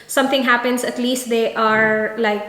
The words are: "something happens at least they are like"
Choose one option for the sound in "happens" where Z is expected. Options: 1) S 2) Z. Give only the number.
1